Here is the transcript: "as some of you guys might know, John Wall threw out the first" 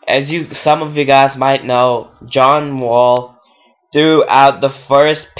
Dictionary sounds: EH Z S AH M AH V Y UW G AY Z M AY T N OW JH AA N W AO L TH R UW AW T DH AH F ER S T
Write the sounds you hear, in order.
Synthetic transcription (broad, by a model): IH Z S AH M AH V Y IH G AY Z M AY T N OW JH AA N W AO L TH R UW AW T DH AH F ER S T